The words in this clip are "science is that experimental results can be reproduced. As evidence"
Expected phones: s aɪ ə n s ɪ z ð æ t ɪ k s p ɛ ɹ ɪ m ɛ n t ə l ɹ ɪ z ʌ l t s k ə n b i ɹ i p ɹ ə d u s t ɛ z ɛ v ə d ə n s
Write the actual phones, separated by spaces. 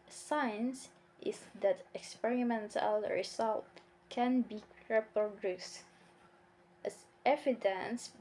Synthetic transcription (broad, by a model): s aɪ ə n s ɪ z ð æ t ɪ k s p ɛ ɹ ɪ m ɛ n t ə l ɹ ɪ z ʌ l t k ə n b i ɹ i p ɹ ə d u s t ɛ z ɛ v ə d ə n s